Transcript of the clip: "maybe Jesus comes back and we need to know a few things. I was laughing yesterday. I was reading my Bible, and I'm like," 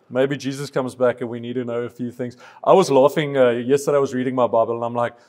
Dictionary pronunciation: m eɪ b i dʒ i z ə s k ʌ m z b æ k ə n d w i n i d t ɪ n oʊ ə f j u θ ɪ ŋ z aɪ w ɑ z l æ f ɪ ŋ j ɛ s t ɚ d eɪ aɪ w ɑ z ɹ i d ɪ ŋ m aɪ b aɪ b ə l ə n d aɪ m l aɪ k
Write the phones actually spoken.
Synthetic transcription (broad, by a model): m eɪ b i dʒ i z ə s k ʌ m z b æ k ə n w i n i d t ɪ n oʊ ə f j u θ ɪ ŋ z aɪ w ɑ z l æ f ɪ ŋ j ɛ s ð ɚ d aɪ w ɑ z ɹ i d ɪ ŋ m aɪ b aɪ b ə l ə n aɪ m l aɪ k